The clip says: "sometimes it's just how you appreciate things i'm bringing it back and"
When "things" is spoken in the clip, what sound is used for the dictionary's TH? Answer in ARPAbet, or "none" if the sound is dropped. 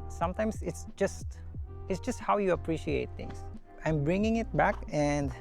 T